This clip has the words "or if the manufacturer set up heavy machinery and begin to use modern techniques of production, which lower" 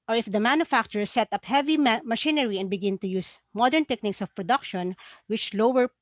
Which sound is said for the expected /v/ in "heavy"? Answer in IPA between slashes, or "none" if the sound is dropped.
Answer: /v/